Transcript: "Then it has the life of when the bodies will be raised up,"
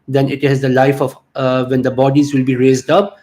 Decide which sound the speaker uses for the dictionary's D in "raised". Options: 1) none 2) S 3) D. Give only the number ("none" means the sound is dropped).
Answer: 3